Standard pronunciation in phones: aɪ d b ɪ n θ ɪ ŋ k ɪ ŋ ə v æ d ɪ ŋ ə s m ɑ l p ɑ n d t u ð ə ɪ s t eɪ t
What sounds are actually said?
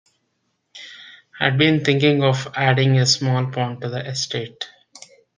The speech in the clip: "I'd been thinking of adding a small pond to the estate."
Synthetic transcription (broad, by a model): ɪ d b ɪ n t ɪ ŋ k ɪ ŋ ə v æ d ɪ ŋ ə s m ɑ l p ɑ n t t u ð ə ɪ s t eɪ t